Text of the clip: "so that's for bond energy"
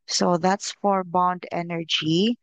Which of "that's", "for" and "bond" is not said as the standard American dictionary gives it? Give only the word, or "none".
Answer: none